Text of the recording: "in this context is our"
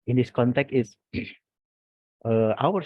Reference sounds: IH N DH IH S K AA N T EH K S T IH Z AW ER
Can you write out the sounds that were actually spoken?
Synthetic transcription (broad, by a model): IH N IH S K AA N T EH K T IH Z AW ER